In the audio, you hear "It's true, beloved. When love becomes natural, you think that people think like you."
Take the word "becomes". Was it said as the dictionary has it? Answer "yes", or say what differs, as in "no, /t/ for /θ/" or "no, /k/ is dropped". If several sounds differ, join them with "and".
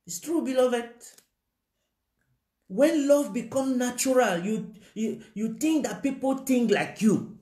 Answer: no, /z/ is dropped